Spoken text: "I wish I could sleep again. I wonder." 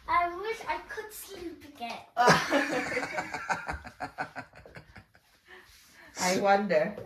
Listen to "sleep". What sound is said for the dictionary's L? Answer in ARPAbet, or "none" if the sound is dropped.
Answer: none